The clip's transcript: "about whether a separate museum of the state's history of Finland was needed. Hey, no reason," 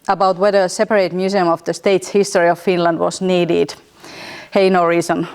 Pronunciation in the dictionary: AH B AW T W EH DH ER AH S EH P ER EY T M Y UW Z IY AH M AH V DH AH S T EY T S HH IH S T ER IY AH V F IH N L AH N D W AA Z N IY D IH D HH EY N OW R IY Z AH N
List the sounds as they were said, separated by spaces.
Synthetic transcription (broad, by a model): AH B AW T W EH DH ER AH S EH P ER EY T M Y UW S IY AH M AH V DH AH S T EY T S HH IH S T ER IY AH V F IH N L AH N D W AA S N IY D IH D HH EY N OW R IY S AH N